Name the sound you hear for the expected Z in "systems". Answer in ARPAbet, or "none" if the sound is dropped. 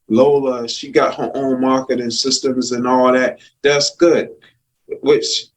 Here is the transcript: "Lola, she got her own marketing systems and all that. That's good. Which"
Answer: Z